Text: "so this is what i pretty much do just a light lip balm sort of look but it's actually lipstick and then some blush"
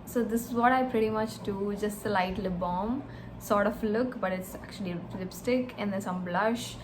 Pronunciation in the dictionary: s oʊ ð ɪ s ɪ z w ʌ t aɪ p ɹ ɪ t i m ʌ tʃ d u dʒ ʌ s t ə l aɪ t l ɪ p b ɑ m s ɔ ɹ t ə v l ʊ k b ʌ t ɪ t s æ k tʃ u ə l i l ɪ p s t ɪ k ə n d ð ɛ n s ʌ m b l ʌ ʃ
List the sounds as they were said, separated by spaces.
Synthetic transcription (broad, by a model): s oʊ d ɪ s ɪ z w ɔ t aɪ p ɹ ɪ t i m ʌ tʃ d u dʒ ʌ s t ə l aɪ t l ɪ b ɑ m s ɔ ɹ t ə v l ʊ k b ʌ t ɪ t s æ k tʃ u ə l i l ɪ p s t ɪ k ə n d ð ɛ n s ʌ m b l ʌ ʃ